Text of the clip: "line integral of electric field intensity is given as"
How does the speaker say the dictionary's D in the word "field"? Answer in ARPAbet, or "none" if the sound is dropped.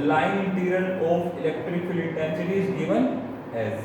none